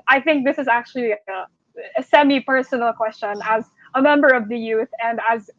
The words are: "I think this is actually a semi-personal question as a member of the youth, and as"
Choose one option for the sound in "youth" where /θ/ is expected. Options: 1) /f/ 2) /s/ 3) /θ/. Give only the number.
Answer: 3